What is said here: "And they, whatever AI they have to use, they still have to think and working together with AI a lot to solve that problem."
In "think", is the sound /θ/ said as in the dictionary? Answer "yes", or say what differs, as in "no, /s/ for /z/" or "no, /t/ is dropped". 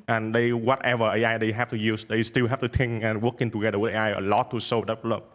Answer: no, /t/ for /θ/